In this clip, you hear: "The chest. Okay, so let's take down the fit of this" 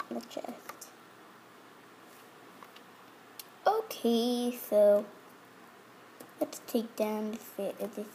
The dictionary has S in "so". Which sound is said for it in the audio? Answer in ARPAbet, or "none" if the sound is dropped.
S